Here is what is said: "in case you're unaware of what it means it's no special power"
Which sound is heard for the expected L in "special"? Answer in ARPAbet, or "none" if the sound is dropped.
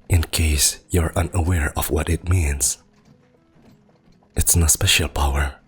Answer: L